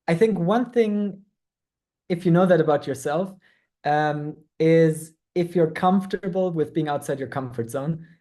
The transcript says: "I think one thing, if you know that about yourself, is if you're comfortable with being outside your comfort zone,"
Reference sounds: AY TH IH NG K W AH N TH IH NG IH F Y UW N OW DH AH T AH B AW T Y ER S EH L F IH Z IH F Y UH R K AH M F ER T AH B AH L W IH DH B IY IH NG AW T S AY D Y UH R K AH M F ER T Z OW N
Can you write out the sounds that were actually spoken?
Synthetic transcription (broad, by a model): AY TH IH NG K W AH N TH IH NG IH F Y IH N OW DH AH T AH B AW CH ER S EH L F IH Z IH F Y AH R K AH M F T AH B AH L W IH DH B IY IH NG AW T S AY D Y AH R K AH M F ER T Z OW N